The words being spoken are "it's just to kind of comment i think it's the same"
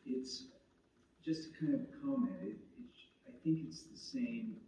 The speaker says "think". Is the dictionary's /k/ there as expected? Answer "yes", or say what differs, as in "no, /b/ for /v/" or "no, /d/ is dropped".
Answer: yes